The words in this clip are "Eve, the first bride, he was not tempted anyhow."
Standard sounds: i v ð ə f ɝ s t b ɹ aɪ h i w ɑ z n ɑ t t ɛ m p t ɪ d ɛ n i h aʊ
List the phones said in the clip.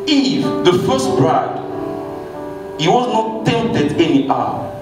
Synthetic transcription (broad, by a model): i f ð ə f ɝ s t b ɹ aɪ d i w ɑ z n ɑ t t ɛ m t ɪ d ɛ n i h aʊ